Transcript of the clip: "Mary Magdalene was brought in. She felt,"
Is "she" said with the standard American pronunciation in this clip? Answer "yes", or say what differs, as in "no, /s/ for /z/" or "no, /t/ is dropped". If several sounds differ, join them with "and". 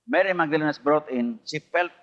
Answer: no, /s/ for /ʃ/